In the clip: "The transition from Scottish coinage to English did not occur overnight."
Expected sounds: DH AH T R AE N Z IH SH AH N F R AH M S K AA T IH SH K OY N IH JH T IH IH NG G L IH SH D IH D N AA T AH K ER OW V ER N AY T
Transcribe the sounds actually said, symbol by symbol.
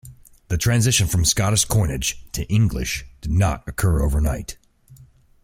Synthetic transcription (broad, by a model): DH AH T R AE N Z IH SH AH N F R AH M S K AA T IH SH K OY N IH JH T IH IH NG G L IH SH D IH D N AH T AH K ER OW V ER N AY T